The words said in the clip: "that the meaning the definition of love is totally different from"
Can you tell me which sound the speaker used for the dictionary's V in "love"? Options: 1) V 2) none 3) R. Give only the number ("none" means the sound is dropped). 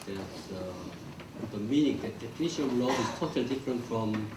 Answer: 2